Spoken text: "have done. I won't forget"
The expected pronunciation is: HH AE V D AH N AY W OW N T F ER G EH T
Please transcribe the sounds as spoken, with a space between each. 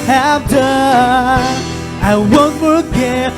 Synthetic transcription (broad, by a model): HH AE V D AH AY W OW N T F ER G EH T